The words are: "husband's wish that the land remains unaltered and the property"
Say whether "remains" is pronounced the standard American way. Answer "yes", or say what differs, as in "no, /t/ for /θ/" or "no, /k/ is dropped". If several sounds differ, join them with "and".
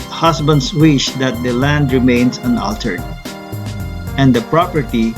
no, /s/ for /z/